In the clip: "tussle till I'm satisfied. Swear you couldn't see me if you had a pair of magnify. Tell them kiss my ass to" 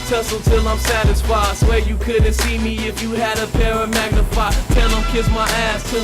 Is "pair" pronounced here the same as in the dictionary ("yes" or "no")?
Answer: yes